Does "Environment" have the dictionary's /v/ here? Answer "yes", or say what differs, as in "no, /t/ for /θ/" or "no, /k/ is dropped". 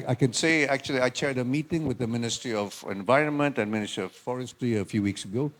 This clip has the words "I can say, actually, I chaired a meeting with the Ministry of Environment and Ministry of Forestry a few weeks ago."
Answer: yes